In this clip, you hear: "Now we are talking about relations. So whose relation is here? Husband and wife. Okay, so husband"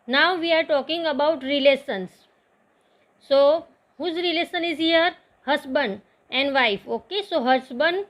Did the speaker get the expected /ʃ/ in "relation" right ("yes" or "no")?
no